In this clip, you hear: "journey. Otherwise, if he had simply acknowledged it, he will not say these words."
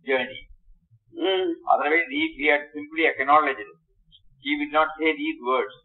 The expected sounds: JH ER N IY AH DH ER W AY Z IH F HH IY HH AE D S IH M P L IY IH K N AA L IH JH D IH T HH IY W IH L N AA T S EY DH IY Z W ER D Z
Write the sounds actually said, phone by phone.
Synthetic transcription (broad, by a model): JH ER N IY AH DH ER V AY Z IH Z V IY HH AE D S IH M P L IY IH K N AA L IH JH IH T HH IY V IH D N AA T S EY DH IY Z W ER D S